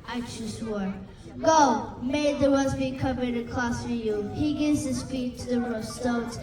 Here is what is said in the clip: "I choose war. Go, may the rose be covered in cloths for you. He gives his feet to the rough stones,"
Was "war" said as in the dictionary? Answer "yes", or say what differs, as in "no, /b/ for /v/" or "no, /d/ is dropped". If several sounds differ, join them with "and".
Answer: yes